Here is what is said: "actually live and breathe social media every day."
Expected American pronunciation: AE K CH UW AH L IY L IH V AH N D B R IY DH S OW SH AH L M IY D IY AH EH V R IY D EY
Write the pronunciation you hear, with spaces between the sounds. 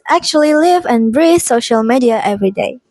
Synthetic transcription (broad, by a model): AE K CH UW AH L IY L IH V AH N B R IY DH S OW SH AH L M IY D IY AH EH V R IY D EY